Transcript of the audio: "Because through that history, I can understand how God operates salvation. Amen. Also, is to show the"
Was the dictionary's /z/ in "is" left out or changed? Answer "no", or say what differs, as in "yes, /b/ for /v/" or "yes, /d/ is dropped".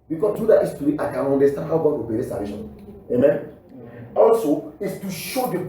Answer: yes, /s/ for /z/